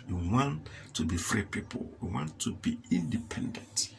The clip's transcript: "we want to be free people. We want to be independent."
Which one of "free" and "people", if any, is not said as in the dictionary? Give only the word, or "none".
none